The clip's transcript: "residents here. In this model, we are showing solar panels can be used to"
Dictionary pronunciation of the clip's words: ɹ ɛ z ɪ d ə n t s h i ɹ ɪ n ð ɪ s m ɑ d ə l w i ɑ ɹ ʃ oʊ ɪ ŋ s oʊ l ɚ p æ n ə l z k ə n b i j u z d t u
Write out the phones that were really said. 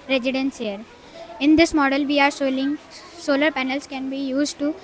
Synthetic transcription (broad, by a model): ɹ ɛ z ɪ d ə n s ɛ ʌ ɹ ɪ n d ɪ s m ɑ d ə l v i ɑ ɹ s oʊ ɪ ŋ s oʊ l ɚ p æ n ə l s k ə n b i j u z d t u